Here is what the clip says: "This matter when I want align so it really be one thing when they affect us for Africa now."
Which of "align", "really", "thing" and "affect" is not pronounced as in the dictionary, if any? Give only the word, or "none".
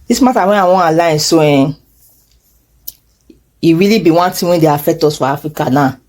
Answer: thing